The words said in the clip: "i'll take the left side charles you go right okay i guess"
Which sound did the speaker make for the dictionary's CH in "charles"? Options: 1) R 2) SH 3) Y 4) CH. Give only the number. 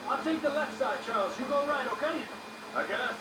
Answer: 4